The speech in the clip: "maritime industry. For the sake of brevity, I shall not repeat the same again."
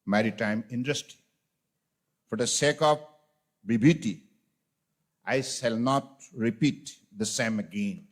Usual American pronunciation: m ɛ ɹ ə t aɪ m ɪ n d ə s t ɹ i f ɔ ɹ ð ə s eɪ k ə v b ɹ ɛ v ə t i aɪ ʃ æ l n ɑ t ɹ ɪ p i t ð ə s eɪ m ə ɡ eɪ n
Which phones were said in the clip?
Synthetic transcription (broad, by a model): m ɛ ɹ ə t aɪ m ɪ n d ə s t i f ɔ ɹ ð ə s eɪ k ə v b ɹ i b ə t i aɪ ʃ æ l n ɑ t ɹ ɪ p i t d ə s eɪ m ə ɡ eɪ n